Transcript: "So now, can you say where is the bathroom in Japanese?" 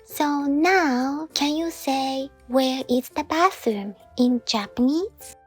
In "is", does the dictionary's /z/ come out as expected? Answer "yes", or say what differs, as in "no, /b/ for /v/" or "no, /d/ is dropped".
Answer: no, /s/ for /z/